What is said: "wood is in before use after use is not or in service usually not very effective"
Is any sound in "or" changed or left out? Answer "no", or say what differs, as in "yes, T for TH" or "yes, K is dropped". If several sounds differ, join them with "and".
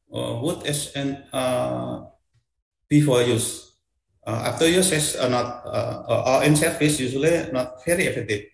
yes, L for R